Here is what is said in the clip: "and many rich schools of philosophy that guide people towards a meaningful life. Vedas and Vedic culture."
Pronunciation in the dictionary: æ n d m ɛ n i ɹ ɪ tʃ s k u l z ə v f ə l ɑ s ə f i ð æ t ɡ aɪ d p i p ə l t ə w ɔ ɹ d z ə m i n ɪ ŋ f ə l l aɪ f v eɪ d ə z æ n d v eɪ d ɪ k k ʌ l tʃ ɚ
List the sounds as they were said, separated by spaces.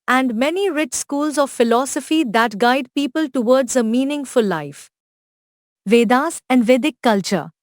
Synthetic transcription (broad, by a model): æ n d m ɛ n i ɹ ɪ tʃ s k u l z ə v f ə l ɑ s ə f i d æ t ɡ aɪ d p i p ə l t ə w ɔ ɹ d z ə m i n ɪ ŋ f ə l l aɪ f v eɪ d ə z æ n d v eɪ d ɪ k k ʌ l tʃ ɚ